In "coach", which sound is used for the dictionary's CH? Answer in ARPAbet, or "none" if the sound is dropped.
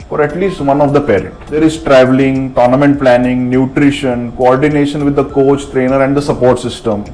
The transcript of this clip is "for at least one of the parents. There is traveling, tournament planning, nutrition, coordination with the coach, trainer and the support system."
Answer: CH